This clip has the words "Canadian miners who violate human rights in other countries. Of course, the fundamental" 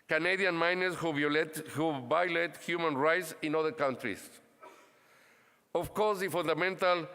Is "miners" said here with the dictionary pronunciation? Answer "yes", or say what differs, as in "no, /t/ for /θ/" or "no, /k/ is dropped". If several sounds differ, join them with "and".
no, /s/ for /z/